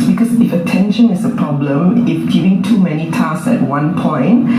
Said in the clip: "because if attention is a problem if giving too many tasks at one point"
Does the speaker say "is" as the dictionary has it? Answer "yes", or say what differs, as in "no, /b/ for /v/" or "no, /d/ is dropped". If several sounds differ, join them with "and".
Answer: no, /s/ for /z/